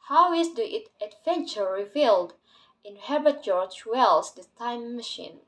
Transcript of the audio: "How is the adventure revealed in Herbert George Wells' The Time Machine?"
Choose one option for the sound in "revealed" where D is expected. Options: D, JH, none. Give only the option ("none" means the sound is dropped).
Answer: D